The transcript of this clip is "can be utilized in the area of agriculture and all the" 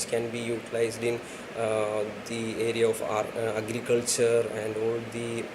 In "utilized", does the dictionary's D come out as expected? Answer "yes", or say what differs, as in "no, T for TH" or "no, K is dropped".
yes